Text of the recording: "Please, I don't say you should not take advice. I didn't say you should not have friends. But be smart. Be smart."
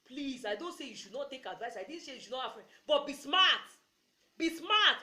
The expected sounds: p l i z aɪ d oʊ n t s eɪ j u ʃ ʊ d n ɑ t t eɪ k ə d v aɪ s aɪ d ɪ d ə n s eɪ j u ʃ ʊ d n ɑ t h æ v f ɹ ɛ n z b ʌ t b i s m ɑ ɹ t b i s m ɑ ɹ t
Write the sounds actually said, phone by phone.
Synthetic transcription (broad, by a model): p l i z aɪ d oʊ n t s eɪ j u ʃ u d n ɑ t t eɪ k ə d v aɪ s aɪ d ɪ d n s eɪ j u ʃ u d n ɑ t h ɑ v f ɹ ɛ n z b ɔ t b i s m ɑ t b i s m ɑ t